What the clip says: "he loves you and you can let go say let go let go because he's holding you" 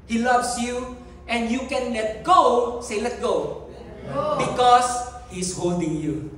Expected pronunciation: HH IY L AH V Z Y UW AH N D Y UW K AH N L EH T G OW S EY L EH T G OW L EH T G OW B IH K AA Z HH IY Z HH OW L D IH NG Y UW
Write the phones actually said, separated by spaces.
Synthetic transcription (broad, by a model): HH IY L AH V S Y UW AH N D Y UW K AH N L EH T G OW S EY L L EH T G OW B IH K AA S HH IY S HH OW L D IH NG Y UW